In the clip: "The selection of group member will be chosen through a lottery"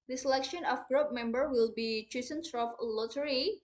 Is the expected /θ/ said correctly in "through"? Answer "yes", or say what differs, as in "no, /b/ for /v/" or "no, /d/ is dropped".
no, /s/ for /θ/